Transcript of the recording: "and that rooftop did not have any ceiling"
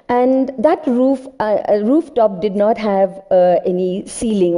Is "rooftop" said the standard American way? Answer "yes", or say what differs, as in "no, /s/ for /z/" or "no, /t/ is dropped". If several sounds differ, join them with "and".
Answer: yes